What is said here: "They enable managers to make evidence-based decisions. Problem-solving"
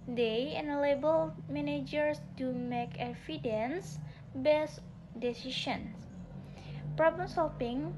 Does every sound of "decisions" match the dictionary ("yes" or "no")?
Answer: no